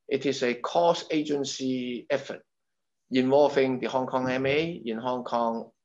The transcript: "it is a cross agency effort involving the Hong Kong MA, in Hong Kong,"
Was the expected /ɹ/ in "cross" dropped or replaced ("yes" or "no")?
yes